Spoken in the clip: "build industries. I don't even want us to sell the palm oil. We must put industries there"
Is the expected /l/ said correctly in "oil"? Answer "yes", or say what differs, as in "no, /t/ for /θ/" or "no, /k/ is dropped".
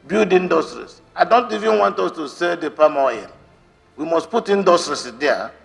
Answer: no, /n/ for /l/